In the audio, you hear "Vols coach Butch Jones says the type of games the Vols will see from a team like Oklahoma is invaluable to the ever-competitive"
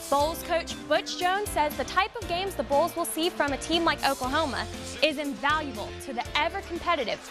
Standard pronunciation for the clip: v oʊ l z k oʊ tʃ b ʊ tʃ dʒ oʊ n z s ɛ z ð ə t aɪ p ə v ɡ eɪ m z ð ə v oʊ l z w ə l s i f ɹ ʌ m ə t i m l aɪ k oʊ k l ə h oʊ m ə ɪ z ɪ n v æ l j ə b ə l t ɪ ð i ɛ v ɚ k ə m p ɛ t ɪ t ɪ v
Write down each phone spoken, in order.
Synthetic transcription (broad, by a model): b oʊ l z k oʊ tʃ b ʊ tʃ dʒ oʊ n z s ɛ z ð ə t aɪ p ə v ɡ eɪ m z ð ə b oʊ l z w ə l s i f ɹ ʌ m ə t i m l aɪ k oʊ k ə h oʊ m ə ɪ z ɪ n v æ l j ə b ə l t ɪ ð i ɛ v ɚ k m p ɛ t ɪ t ɪ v